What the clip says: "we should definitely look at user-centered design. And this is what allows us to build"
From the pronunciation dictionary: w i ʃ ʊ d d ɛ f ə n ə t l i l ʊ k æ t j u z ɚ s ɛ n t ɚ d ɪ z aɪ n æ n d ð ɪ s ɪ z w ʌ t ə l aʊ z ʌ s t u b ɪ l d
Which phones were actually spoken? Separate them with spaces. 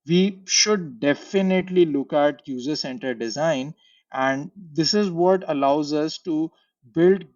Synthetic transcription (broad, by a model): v i ʃ ʊ d d ɛ f ə n ə t l i l ʊ k æ t j u z ɚ s ɛ n t ɚ d ɪ z aɪ n æ n d ɪ s ɪ z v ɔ t ə l aʊ z ʌ s t u b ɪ l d